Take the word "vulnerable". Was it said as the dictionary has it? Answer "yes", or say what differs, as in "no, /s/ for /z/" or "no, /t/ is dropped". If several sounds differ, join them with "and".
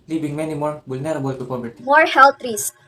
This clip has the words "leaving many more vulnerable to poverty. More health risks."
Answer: no, /b/ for /v/